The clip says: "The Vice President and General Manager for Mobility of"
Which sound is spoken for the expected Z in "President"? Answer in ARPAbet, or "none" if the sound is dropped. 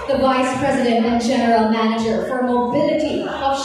Z